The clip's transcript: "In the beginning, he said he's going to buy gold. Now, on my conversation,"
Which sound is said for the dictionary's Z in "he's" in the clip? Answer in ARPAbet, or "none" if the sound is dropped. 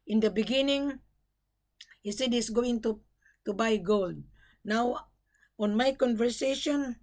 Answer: S